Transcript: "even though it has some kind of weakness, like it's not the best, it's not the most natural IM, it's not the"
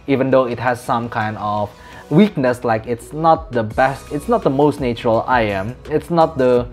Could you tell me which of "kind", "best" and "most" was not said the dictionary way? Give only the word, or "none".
none